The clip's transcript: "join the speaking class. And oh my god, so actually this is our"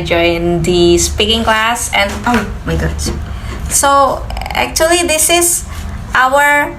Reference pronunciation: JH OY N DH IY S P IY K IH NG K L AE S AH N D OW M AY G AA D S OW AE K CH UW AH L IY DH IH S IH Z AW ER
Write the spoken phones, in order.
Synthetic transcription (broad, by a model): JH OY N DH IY S P IY K IH NG K L AE S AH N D OW M AY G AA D S OW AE K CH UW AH L IY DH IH S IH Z AW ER